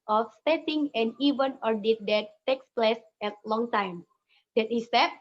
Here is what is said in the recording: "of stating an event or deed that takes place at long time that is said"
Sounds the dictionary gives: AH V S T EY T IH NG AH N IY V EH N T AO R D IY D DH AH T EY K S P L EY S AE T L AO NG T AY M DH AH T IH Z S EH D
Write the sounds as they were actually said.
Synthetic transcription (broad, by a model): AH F S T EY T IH NG AH N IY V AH N AO R D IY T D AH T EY K S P L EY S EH T L AO NG T AY M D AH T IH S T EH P